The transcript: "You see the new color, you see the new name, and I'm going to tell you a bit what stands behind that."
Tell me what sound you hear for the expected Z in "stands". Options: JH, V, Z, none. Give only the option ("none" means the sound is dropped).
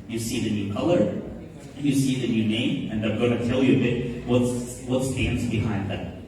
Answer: Z